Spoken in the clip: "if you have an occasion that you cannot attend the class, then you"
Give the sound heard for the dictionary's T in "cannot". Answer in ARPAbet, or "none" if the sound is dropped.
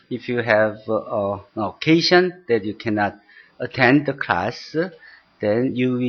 T